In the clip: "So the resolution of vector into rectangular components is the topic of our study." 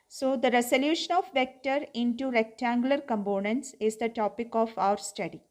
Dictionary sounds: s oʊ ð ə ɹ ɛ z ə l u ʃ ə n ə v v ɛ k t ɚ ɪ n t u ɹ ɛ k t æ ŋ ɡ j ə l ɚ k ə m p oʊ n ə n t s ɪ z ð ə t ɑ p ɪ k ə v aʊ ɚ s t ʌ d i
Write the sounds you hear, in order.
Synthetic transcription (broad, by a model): s oʊ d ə ɹ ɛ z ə l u ʃ ə n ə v v ɛ k t ɚ ɪ n t u ɹ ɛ k t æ ŋ ɡ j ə l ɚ k ə m p oʊ n ə n t s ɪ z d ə t ɑ p ɪ k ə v aʊ ɚ s t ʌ d i